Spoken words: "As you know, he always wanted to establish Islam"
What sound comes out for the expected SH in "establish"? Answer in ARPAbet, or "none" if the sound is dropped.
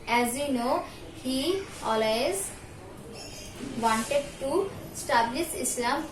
S